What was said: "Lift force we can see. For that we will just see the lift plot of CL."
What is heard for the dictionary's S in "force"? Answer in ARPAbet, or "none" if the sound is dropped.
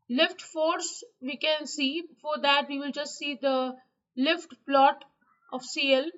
S